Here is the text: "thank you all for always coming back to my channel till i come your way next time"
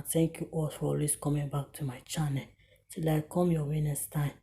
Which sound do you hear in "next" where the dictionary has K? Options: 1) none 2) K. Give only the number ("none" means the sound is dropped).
1